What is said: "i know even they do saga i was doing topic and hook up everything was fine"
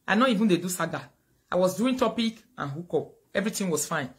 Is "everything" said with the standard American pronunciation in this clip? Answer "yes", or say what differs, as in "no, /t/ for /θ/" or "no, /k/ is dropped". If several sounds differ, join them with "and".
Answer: no, /t/ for /θ/